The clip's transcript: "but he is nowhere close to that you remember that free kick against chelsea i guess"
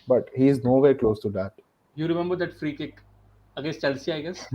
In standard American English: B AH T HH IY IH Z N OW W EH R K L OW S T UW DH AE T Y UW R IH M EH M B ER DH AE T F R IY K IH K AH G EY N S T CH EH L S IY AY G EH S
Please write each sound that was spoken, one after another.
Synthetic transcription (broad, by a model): B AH T HH IY IH Z N OW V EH R K L OW S T UW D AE T Y UW R IH M EH M B ER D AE T F R IY K IH K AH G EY S CH EH L S IY AY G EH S